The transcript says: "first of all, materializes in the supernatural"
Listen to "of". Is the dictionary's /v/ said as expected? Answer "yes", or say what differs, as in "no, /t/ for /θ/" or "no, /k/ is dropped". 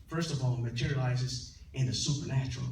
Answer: yes